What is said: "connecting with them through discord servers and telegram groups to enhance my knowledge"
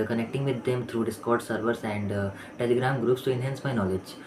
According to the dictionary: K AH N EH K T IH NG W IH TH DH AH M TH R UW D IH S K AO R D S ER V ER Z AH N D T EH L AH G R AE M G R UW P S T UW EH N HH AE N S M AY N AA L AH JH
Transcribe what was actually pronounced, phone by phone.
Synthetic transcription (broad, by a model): K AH N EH K T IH NG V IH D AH M T R UW D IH S K AO R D S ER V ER S AH N D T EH L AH G R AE M G R UW P S T UW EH N HH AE N S M AY N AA L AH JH